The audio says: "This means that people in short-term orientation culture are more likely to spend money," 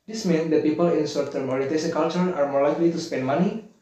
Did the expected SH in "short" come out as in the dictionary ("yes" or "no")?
no